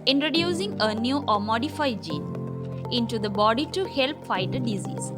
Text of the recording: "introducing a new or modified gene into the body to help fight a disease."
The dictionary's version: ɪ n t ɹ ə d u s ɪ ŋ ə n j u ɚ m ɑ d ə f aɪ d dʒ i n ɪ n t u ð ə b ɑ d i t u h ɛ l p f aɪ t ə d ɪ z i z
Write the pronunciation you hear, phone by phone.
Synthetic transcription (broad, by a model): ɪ n t ɹ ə d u s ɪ ŋ ə n j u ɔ m ɑ d ə f aɪ d dʒ i n ɪ n t u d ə b ɑ d i t u h ɛ l p f aɪ t ə d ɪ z i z